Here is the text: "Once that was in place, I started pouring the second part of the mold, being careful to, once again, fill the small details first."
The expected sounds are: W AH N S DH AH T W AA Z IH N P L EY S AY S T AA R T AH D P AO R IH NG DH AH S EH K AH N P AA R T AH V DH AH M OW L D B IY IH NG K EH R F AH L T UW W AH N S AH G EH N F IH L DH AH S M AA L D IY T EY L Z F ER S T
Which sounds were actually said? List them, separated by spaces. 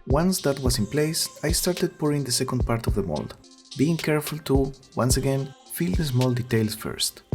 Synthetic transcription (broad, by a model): W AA N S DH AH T W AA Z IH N P L EY S AY S T AA R T AH D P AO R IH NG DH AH S EH K AH N P AA R T AH V DH AH M OW L D B IY IH NG K EH R F AH L T UW W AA N S AH G EH N F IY L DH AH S M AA L D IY T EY L S F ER S T